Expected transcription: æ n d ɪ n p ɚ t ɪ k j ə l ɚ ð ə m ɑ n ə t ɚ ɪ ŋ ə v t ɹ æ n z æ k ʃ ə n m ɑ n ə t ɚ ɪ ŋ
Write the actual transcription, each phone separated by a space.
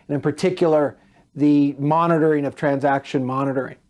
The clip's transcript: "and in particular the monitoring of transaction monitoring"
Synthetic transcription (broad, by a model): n ɪ n p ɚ t ɪ k j l ɚ ð ə m ɑ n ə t ɚ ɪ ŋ ə v t ɹ æ n z æ k ʃ ə n m ɑ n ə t ɚ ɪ ŋ